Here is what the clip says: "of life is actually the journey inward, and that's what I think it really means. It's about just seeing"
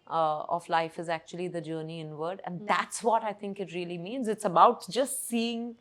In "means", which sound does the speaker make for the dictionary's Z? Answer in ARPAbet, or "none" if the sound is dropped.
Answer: Z